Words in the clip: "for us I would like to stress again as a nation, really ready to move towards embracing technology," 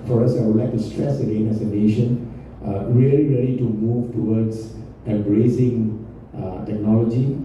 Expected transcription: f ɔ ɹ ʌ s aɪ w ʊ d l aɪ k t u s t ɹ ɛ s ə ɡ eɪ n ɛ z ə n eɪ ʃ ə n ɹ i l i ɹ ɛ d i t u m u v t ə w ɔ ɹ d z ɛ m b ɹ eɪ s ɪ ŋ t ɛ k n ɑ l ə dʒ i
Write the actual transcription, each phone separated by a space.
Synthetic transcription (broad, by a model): f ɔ ɹ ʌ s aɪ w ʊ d l aɪ k t u s t ɹ ɛ s ə ɡ eɪ n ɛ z ə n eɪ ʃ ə n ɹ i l i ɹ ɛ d i t u m u v t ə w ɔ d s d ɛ b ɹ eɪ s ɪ ŋ t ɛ k n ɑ l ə dʒ i